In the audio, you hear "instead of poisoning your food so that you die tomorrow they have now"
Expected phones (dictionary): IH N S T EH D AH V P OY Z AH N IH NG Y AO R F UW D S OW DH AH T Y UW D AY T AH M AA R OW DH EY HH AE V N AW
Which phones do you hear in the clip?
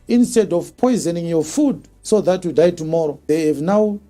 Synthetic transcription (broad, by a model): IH N S T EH D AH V P OY Z AH N IH NG Y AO F UW D S OW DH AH T Y UW D AY T AH M AA R OW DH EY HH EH V N AW